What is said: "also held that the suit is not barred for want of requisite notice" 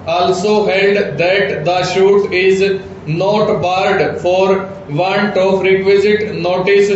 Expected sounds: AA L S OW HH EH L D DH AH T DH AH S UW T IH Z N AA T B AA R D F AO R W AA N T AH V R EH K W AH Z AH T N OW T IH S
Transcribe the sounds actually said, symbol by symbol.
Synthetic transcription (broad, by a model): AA L S OW HH EH L D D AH T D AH SH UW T IH Z N AA T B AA R D F AO R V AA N T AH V R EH K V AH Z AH T N OW T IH S